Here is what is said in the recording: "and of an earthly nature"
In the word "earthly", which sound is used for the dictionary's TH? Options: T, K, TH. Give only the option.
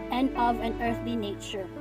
TH